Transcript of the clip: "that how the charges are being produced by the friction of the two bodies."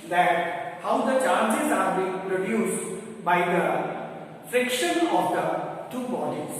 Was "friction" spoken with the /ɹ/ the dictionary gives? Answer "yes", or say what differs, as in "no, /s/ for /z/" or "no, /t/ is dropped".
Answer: yes